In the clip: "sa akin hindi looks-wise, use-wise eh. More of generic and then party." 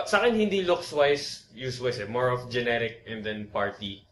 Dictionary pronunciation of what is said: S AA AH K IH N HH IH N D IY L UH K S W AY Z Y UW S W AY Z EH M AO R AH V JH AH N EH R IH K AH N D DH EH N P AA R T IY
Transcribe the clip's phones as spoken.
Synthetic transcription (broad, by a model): S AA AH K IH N HH IH N D IY L UH K S W AY S Y UW S W AY S EH M AO R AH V JH AH N EH R IH K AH N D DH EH N P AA R T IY